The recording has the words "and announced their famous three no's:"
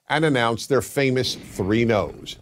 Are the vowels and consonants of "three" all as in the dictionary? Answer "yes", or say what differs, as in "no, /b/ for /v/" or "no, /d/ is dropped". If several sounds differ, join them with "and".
yes